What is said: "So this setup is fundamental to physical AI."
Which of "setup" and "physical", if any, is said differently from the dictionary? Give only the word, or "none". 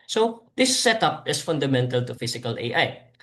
physical